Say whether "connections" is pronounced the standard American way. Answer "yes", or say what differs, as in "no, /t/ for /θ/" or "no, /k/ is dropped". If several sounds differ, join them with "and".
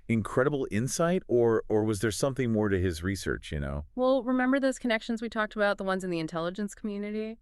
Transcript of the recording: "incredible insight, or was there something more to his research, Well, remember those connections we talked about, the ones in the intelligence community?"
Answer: yes